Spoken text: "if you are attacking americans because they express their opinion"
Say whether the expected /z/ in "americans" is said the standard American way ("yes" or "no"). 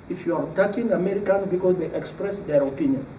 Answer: no